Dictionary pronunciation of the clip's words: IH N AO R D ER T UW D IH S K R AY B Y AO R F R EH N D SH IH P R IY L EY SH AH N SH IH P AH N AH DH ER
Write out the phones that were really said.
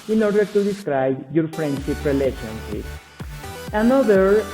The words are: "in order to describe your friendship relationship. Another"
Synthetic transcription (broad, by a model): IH N AO R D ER T UW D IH S K R AY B Y AO R F R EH N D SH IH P R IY L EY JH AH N S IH AH N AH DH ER